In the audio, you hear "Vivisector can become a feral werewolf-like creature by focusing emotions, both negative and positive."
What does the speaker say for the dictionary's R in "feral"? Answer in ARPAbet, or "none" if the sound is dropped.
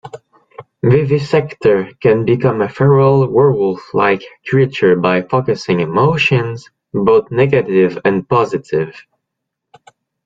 R